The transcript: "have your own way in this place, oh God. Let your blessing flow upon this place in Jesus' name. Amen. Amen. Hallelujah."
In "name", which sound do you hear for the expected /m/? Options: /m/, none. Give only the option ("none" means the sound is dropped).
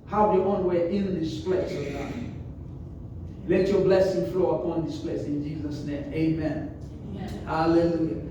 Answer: none